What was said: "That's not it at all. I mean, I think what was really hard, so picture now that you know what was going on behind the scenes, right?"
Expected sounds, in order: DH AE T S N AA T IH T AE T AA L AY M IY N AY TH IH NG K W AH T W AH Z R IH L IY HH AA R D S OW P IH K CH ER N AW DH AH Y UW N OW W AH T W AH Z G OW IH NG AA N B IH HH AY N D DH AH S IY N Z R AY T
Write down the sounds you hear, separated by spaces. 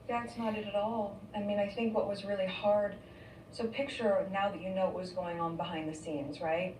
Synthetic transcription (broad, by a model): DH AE T S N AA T IH T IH T AA L AY M IY N AY TH IH NG K W AH T W AH Z R IH L IY HH AA R D S OW P IH K CH ER N AW DH AH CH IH N OW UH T W AH Z G OW IH NG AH N B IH HH AY N DH AH S IY N Z R AY T